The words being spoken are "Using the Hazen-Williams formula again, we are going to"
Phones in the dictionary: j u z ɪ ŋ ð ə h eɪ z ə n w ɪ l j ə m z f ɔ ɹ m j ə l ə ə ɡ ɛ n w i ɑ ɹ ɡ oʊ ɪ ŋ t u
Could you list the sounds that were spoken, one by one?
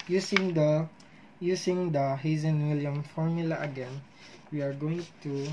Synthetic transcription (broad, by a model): j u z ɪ ŋ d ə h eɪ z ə n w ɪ l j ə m f ɔ ɹ m j ə l ə ə ɡ ɛ n w i ɑ ɹ ɡ oʊ ɪ ŋ t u